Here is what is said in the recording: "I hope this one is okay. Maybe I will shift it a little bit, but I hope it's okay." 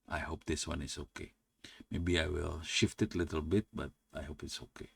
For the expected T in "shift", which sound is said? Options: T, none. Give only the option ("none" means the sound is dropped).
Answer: T